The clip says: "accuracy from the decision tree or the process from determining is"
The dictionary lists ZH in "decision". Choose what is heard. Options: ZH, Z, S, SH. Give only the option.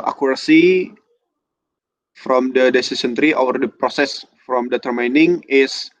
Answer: S